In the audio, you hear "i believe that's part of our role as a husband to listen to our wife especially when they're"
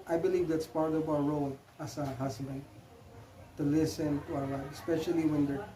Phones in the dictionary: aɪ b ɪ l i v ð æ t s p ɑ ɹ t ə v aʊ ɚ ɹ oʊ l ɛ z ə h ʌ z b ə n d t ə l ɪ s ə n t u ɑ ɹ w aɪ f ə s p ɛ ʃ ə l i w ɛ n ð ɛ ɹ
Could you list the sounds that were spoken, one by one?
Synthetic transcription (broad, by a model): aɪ b ɪ l i v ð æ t s p ɑ ɹ t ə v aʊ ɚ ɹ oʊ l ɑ s ə h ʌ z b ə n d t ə l ɪ s ə n t u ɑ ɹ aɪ ə s p ɛ ʃ ə l i w ɛ n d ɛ